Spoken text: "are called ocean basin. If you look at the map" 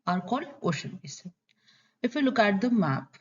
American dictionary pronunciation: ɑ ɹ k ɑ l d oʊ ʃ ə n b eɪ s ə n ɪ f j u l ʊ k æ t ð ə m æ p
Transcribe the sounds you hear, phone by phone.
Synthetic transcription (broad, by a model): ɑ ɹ k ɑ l oʊ ʃ ə n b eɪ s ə ɪ f j u l ʊ k æ t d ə m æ p